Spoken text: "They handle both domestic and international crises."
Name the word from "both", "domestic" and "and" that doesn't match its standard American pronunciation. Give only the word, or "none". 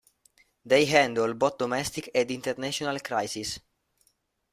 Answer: both